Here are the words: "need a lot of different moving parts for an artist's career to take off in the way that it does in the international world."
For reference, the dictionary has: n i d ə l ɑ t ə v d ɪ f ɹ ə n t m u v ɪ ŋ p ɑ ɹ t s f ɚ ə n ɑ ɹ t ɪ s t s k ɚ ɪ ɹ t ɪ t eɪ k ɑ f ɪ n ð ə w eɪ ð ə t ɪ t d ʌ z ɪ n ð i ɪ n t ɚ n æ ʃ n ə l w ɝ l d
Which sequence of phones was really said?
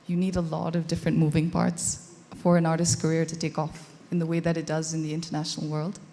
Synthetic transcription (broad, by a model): n i d ə l ɑ t ə v d ɪ f ɹ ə n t m u v ɪ ŋ p ɑ ɹ t s f ɚ ə n ɑ ɹ t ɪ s s k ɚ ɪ ɹ t ɪ t eɪ k ɑ f ɪ n ð ə w eɪ ð ə t ɪ t d ʌ z ɪ n ð i ɪ n t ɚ n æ ʃ n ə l w ɝ l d